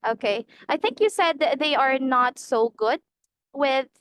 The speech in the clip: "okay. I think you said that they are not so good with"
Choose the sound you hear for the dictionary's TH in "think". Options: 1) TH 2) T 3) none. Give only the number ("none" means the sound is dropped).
1